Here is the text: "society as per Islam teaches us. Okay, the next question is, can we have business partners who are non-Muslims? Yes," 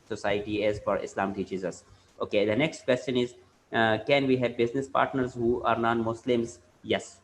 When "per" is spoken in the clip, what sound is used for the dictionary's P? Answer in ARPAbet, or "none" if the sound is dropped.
F